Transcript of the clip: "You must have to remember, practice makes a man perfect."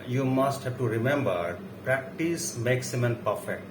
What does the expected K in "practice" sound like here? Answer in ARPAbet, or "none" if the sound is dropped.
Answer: K